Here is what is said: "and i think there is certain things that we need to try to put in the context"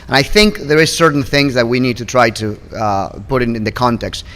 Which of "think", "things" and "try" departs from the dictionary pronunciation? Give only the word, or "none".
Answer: none